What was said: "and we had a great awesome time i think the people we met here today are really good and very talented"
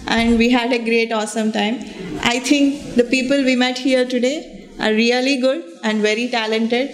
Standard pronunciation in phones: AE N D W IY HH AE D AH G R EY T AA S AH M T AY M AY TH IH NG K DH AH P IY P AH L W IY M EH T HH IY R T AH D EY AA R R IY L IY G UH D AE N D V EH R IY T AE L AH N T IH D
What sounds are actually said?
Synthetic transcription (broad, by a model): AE N D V IY HH AE D AH G R EY T AA S AH M T AY M AY T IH NG K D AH P IY P AH L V IY M EH T HH IY R T AH D EY AA R R IY L IY G UH D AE N D V EH R IY T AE L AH N T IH D